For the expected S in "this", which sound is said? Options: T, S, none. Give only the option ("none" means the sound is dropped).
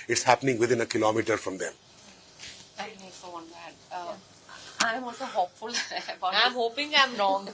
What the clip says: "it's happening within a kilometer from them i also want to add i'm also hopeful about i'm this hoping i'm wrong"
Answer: none